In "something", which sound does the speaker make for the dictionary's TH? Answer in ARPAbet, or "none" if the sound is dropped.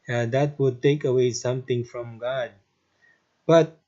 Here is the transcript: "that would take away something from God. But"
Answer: T